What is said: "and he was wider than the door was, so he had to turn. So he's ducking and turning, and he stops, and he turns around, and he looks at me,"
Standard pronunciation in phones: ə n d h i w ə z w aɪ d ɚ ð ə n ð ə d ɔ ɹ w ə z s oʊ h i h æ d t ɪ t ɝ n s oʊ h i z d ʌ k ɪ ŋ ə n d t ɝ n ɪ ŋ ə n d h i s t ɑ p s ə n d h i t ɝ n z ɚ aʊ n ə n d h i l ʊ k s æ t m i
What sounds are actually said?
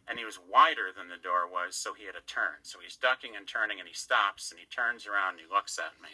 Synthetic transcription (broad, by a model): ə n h i w ə z w aɪ d ɚ ð ə n ð ə d ɔ ɹ w ə z s oʊ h i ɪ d t ɪ t ɝ n s oʊ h i z d ʌ k ɪ ŋ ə n t ɝ n ɪ ŋ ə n i s t ɑ p s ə n i t ɝ n z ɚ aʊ ə n d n i l ʊ k s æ t m i